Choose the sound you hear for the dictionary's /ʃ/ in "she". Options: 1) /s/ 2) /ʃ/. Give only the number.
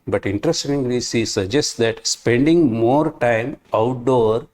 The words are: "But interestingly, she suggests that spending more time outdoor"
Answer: 1